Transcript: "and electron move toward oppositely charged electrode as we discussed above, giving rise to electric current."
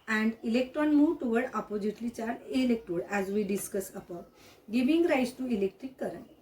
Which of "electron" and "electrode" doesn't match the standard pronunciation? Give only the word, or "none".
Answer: electrode